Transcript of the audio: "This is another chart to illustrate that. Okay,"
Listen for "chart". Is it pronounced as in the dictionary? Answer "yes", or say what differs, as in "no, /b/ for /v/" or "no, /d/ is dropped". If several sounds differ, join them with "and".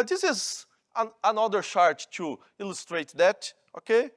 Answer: no, /ʃ/ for /tʃ/